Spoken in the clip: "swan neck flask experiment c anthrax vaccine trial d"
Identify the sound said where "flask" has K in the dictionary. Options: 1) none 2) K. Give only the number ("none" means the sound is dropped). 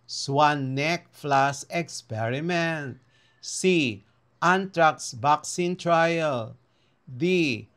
1